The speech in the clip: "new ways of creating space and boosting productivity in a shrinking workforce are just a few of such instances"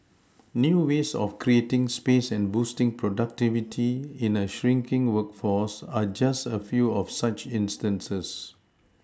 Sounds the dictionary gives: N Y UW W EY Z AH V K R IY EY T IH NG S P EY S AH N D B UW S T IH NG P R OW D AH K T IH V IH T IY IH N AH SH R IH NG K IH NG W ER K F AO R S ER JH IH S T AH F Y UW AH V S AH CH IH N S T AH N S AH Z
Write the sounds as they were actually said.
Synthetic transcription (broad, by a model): N Y UW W EY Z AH F K R IY EY T IH NG S P EY S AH N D B UW S T IH NG P R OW D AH K T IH V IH T IY IH N AH SH R IH NG K IH NG W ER K F AO S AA JH IH S T AH F Y UW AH F S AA CH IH N S T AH N S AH S